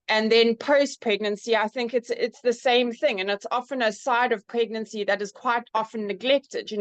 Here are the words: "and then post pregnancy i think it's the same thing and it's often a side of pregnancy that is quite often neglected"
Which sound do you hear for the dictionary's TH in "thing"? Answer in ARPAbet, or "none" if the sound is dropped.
TH